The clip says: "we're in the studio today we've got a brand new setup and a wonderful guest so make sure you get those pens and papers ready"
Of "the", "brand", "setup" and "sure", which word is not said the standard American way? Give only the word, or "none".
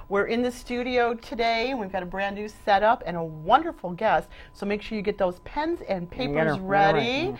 none